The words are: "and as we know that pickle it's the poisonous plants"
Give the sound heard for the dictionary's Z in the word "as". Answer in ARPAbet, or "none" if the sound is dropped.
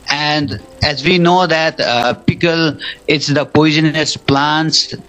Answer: Z